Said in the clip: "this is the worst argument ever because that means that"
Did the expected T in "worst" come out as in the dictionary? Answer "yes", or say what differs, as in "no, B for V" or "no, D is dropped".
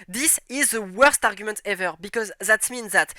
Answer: yes